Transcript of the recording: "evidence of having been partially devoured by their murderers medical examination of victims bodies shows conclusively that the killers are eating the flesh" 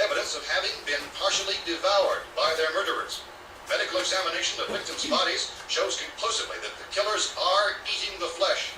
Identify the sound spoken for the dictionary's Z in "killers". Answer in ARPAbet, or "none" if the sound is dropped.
Z